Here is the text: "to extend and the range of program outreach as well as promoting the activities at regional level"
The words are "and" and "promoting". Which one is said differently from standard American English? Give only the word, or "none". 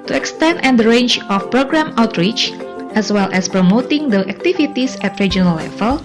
none